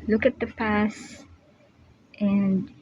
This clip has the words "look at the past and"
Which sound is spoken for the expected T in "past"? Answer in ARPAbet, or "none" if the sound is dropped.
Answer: T